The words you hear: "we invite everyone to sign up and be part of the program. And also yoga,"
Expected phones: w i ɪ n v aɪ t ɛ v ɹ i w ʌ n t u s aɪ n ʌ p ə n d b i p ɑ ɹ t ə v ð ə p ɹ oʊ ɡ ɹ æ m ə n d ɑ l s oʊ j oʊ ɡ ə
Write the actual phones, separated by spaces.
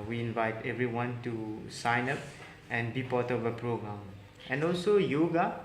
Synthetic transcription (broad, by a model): w i ɪ n v aɪ t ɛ v ɹ i w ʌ n t u s aɪ n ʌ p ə n b i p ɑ t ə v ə p ɹ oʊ ɡ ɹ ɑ m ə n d ɑ l s oʊ j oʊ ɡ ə